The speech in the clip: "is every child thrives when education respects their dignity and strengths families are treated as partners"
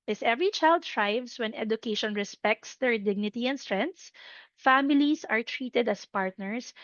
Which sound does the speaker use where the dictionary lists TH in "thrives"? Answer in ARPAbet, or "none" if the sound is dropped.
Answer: T